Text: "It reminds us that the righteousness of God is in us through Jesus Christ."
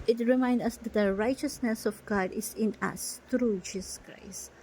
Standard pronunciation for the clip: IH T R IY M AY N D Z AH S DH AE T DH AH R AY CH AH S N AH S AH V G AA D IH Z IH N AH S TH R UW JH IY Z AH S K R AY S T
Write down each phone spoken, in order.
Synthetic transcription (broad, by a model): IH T R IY M AY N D AH S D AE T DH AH R AY CH AH S N AH S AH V G AA D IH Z IH N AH S T R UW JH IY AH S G R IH S